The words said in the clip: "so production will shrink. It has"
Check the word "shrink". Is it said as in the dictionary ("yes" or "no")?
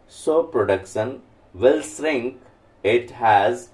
no